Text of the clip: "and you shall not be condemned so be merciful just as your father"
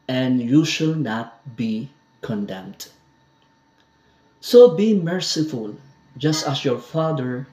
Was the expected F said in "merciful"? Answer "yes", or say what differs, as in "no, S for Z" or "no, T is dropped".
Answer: yes